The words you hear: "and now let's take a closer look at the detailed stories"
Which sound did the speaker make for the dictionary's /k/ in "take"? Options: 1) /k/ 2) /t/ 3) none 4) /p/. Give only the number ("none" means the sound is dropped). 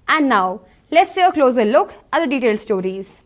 3